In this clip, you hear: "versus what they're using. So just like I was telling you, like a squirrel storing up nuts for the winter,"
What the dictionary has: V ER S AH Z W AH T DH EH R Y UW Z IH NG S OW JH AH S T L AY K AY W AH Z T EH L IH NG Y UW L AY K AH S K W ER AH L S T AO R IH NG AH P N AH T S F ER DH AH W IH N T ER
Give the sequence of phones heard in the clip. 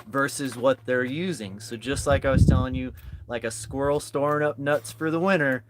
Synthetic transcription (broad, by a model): V ER S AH Z W AH T DH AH R Y UW Z IH NG S OW JH AH S T L AY K AY W AH Z T EH L IH NG Y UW L AY K AH S K W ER L S T AO R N AH P N AH T S F ER DH AH W IH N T ER